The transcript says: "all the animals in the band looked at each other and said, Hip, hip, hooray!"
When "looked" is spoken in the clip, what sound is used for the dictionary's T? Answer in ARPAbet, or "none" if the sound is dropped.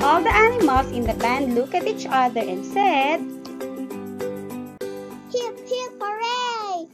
none